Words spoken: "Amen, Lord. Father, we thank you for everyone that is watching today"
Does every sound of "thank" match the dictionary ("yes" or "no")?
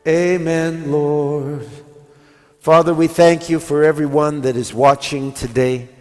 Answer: yes